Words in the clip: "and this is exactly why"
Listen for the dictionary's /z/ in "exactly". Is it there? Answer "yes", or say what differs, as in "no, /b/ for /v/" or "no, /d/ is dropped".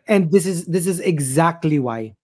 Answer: yes